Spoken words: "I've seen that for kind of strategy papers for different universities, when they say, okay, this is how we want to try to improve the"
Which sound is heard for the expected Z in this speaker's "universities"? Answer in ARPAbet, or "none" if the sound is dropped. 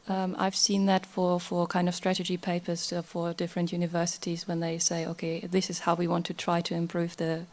Z